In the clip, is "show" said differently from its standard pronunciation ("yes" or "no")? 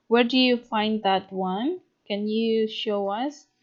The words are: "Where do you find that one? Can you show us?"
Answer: no